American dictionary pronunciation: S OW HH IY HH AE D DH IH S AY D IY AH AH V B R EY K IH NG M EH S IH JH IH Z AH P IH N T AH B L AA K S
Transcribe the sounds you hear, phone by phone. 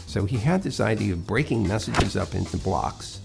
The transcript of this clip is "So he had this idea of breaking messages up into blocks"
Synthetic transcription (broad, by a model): S OW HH IY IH D DH IH S AY D IY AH AH V B R EY K IH NG M EH S IH JH IH Z AH P IH N T AH B L AA K S